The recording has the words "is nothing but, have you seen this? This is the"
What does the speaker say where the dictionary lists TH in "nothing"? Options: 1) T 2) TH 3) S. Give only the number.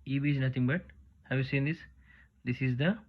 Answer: 1